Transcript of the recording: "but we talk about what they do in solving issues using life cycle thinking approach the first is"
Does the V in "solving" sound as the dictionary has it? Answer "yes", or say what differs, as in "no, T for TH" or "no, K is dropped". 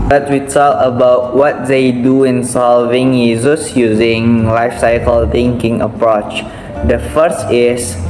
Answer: yes